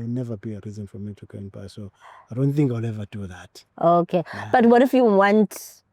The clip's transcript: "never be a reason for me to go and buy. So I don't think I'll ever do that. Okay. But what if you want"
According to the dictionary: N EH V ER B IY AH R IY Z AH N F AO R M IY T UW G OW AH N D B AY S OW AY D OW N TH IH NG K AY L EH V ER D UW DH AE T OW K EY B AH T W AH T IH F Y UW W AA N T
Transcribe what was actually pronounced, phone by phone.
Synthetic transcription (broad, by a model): N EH V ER B IY AH R IY Z AH N F AO R M IY T UW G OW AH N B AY S OW AY D OW N TH IH NG K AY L EH V ER D UW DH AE T OW K EY B AH T W AH T IH F Y UW W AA N T